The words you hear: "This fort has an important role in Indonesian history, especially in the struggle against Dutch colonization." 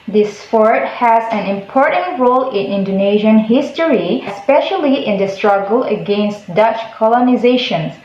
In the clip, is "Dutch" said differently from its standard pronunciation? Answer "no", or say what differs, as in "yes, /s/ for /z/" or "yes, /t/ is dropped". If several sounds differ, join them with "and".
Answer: no